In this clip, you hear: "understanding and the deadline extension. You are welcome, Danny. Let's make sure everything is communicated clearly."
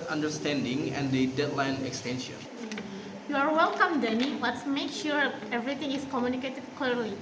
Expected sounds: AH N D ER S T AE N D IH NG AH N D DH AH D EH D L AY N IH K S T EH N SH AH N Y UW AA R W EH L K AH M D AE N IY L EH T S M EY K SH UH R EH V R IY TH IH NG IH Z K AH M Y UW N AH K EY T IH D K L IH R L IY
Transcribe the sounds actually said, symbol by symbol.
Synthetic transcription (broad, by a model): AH N D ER S T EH N D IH NG AH N D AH D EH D L AY N IH K S T EH N SH AH N Y UW AA R W EH L K AH M D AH N IY W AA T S M EY K SH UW R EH V R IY T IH NG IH S K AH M Y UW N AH K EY T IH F K L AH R L IY